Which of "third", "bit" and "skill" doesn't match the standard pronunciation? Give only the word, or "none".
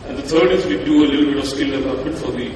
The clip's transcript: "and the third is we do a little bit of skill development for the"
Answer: third